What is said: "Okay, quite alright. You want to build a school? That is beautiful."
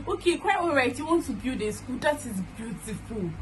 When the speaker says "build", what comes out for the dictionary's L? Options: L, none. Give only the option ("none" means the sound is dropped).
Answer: none